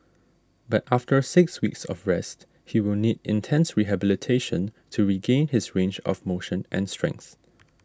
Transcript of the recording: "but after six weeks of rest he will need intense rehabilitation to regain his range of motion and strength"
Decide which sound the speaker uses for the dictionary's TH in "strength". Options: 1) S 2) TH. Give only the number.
2